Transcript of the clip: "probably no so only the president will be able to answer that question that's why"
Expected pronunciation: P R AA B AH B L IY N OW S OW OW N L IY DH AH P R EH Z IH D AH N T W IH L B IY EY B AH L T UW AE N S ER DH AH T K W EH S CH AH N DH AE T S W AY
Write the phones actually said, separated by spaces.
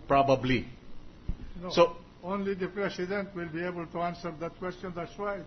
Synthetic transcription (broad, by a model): P R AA B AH B L IY N OW S OW OW N L IY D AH P R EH S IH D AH N T W IH L B IY EY B AH L T UW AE N S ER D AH T K W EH S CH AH N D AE T S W AY